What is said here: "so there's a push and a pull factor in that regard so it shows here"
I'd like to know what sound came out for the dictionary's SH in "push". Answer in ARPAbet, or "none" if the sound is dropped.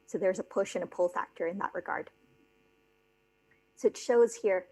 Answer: SH